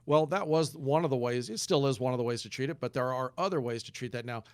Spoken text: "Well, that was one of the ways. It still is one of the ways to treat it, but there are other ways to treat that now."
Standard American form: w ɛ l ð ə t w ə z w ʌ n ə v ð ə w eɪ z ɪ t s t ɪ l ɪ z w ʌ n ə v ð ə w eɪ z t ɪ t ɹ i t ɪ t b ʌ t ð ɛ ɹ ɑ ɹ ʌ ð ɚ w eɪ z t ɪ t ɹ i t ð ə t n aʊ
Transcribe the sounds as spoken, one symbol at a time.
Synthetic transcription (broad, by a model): w ɛ l ð ə t w ə z w ʌ n ə v ð ə w eɪ z ɪ t s t ɪ l ɪ z w ʌ n ə v ð ə w eɪ z t ɪ t ɹ i t ɪ t b ʌ t ð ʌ ɹ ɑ ɹ ʌ ð ɚ w eɪ z t ɪ t ɹ i t ð ə t n aʊ